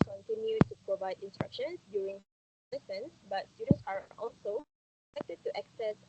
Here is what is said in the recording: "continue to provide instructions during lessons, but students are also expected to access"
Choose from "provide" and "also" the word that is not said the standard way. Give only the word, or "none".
none